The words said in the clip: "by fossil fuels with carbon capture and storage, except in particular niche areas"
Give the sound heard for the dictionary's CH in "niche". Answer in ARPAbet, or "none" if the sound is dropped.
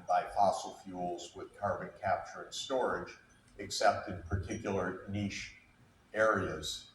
SH